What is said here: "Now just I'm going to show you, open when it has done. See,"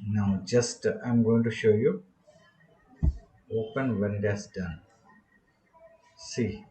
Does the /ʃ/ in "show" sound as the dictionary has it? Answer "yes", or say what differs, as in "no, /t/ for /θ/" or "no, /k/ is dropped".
yes